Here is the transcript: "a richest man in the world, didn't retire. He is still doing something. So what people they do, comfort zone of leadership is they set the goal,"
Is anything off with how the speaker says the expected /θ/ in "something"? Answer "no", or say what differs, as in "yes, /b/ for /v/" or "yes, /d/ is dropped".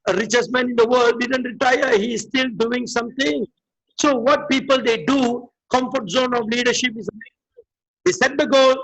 yes, /t/ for /θ/